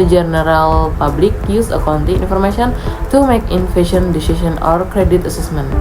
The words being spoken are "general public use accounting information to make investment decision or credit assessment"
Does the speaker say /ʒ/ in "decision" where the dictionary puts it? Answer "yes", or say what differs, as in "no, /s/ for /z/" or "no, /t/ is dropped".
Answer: no, /s/ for /ʒ/